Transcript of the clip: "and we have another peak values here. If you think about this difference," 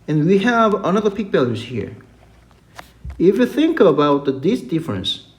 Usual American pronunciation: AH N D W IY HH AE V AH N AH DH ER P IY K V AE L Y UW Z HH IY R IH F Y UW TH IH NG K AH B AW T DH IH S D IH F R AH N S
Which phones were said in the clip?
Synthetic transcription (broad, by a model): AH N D W IY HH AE V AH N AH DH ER P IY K B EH L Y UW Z HH IY R IH F Y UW TH IH NG K AH B AW T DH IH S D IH F R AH N S